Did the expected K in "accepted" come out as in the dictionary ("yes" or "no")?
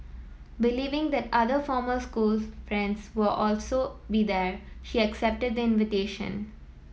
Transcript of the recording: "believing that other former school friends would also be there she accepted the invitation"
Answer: yes